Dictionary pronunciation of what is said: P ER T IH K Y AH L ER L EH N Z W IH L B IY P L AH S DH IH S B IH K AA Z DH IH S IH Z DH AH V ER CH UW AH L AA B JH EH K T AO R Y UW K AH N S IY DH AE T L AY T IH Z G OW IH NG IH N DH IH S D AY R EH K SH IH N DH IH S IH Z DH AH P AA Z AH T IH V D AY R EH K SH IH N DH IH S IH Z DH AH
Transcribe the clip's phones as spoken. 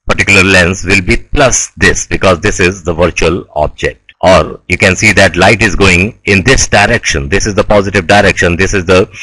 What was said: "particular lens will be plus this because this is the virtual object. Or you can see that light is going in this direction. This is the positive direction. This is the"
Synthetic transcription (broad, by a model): P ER T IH K Y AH L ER L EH N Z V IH L B IY P L AH S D IH S B IH K AA Z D IH S IH Z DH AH V ER CH UW AH L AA B JH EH K T AO R Y UW K AH N S IY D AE T L AY T IH Z G OW IH NG IH N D IH S D AY R EH K SH IH N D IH S IH Z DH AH P AA Z AH T IH V D AY R EH K SH IH N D IH S IH Z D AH